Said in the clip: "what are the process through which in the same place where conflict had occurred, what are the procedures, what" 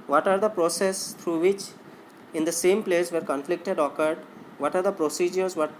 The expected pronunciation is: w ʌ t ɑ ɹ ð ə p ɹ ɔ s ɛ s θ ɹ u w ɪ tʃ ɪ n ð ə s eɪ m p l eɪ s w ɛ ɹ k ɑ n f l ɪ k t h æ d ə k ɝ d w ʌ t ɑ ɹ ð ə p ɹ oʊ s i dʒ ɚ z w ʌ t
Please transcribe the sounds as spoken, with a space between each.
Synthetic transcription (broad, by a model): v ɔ t ɑ ɹ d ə p ɹ ɔ s ɛ s t ɹ u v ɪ tʃ ɪ n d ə s eɪ m p l eɪ s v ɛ ɹ k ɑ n f l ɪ k t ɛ d ə k ɝ d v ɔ t ɑ ɹ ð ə p ɹ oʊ s i dʒ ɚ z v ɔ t